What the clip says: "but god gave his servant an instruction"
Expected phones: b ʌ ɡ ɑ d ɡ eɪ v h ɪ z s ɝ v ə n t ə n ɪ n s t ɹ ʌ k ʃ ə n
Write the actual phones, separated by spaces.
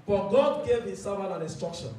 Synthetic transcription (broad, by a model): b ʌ ɡ ɑ d ɡ eɪ v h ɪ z s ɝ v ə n ə n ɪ n s t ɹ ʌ k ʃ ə n